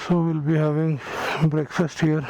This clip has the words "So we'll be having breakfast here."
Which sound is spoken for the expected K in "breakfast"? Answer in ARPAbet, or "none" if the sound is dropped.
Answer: K